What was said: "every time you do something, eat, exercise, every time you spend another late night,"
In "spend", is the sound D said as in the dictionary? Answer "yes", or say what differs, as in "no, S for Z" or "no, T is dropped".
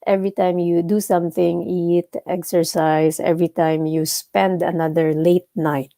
yes